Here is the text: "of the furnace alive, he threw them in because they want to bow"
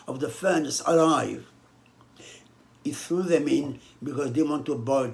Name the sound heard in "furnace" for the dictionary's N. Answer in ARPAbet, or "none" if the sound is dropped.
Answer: N